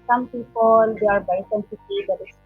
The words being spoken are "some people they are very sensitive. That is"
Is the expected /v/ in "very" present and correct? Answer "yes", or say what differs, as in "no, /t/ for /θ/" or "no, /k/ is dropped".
no, /b/ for /v/